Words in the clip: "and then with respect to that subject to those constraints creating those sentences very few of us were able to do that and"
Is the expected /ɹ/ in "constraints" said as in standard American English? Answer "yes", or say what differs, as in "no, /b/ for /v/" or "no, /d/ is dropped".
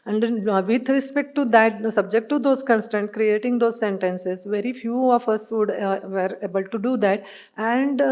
no, /ɹ/ is dropped